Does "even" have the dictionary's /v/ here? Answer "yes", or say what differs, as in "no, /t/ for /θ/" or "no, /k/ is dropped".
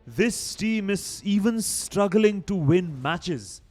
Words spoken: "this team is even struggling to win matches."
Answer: yes